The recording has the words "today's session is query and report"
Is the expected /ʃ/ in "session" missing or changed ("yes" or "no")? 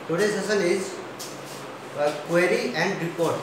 yes